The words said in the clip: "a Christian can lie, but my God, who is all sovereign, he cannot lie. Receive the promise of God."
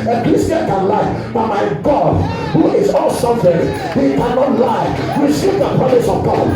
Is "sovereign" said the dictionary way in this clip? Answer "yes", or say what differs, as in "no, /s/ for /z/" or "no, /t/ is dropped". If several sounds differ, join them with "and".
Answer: no, /f/ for /v/